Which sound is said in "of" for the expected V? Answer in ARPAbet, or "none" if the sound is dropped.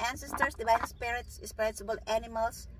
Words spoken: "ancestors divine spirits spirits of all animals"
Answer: B